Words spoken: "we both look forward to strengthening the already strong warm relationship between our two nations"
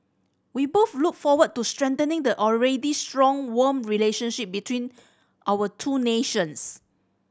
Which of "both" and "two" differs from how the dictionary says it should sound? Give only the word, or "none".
both